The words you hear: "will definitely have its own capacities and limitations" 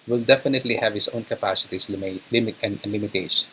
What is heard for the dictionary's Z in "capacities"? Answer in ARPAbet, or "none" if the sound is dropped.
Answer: S